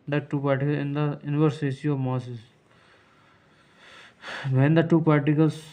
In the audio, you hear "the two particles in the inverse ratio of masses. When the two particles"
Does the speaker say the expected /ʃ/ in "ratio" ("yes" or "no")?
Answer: no